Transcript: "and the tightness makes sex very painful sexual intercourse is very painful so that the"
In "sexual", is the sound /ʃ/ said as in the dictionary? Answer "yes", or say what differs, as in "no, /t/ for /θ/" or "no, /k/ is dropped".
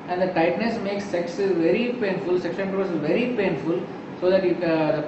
no, /s/ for /ʃ/